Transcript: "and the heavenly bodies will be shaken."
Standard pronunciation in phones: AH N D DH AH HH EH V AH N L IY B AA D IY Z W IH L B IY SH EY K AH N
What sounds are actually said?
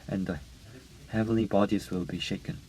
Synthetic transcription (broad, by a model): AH N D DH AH HH EH V AH N L IY B AA D IY Z W IH L B IY SH EY K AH N